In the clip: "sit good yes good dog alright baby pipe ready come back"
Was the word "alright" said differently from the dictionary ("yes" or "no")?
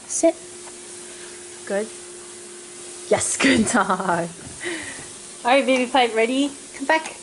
yes